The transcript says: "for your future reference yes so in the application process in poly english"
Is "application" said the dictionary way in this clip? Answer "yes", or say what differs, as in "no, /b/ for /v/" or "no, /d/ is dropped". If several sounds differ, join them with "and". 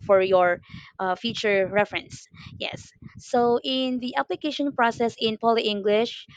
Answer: yes